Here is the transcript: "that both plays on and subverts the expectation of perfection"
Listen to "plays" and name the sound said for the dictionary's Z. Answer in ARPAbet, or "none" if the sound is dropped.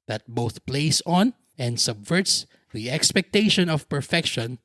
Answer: S